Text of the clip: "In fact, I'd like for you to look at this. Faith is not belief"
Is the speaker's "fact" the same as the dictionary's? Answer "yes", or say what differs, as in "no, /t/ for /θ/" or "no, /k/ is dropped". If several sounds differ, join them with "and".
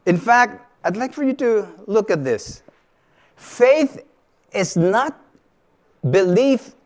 yes